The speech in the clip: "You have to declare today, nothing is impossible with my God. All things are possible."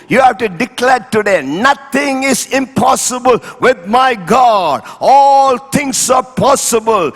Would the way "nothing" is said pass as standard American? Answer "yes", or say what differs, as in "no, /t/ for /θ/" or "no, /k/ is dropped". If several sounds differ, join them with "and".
no, /t/ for /θ/